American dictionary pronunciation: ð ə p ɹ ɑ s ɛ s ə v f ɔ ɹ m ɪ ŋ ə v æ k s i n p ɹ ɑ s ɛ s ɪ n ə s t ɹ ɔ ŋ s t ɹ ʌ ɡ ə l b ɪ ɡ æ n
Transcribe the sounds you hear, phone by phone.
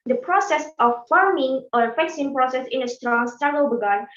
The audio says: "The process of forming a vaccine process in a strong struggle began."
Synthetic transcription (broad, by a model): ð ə p ɹ ɑ s ɛ s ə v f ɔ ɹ m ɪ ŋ ə f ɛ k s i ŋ p ɹ ɑ s ɛ s ɪ n ə s t ɹ ɔ ŋ s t ɑ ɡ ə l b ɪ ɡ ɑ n